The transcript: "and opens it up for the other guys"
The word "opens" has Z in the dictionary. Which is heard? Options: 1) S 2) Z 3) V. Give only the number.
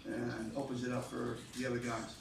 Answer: 2